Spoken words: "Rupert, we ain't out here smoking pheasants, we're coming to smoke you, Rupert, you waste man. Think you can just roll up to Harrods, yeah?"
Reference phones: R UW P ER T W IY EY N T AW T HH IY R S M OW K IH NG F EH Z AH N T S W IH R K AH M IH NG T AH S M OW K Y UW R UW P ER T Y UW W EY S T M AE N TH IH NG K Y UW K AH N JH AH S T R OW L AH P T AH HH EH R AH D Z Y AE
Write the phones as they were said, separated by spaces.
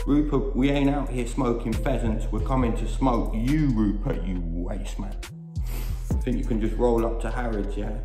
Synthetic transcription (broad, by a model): R UW P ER W IY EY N AW T HH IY S M OW K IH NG F EH Z AH N T S W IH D K AH M IH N T AH S M OW K Y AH R UW P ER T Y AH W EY S M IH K TH IH NG K Y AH K AH N JH AH S T R OW L AH P T AH HH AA R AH D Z Y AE